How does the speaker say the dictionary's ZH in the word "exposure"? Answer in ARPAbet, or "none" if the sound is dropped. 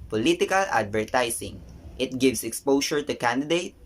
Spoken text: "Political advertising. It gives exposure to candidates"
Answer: SH